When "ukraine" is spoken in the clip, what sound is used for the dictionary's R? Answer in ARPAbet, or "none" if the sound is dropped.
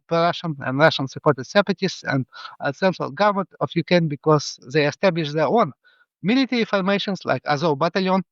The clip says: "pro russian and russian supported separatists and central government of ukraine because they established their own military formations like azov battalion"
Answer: none